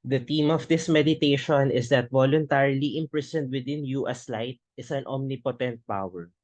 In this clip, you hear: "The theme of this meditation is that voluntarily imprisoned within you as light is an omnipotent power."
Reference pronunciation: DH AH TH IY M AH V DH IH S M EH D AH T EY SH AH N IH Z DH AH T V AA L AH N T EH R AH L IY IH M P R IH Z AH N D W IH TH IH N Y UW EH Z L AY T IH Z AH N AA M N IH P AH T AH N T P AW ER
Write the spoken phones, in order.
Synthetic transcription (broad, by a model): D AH T IY M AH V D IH S M EH D AH T EY SH AH N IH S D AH T V AA L AH N T EH R AH L IY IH M P R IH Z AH N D W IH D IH N Y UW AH S L AY T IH S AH N AA M N IH P AH T AH N T P AW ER